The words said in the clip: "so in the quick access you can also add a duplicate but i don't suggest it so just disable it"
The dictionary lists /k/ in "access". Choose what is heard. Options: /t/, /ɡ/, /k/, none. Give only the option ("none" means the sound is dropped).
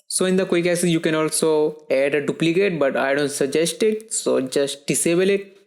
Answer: none